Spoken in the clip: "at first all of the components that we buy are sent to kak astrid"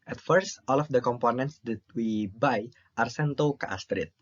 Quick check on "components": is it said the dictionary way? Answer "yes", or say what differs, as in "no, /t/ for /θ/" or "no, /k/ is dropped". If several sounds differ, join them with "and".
yes